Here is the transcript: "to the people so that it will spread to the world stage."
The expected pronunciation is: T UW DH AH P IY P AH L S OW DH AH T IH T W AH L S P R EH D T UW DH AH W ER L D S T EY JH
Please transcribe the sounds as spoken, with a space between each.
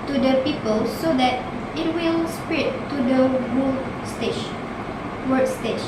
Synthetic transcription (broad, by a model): T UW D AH P IY P AH L S OW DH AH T IH T W AH L S P R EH T UW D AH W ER W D S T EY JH